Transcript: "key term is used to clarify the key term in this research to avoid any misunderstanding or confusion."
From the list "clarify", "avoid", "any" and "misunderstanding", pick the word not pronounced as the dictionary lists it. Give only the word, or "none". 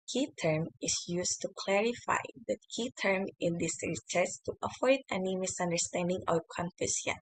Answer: avoid